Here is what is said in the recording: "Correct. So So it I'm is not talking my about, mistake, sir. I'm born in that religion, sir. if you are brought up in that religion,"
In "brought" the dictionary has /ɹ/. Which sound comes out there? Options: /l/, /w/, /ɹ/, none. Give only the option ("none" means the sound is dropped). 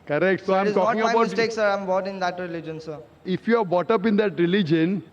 none